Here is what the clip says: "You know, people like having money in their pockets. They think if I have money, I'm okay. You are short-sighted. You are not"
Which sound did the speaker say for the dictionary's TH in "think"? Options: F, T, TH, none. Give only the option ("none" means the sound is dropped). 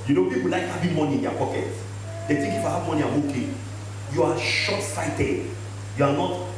T